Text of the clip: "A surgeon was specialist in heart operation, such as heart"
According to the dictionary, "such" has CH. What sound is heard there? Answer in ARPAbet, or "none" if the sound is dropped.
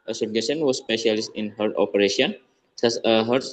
S